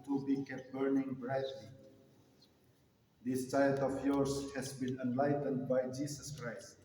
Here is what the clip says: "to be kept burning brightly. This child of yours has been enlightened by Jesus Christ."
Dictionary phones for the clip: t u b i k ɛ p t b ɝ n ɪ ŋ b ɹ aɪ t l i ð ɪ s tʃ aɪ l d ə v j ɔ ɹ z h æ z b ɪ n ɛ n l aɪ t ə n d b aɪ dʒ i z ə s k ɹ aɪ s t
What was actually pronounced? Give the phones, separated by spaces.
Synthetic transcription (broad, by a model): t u b i k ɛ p b ɝ n ɪ ŋ b ɹ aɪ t l i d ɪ s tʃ aɪ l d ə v j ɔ ɹ s h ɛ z b ɪ n ɛ n l aɪ t ə n d b aɪ dʒ i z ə s k ɹ aɪ s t